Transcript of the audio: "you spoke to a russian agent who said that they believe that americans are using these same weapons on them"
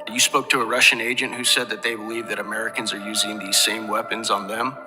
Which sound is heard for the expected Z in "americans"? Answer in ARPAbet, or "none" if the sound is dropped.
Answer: Z